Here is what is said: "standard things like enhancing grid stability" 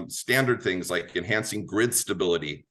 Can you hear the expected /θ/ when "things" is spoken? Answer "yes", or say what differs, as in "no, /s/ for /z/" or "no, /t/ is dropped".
yes